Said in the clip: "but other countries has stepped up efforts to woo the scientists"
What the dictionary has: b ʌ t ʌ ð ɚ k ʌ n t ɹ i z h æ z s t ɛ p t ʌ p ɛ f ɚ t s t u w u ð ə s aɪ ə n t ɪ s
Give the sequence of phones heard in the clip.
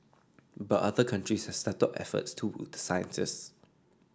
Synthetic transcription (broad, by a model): b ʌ t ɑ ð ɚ k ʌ n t ɹ i s h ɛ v s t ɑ t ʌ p ɛ f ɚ t s t u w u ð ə s aɪ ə n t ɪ s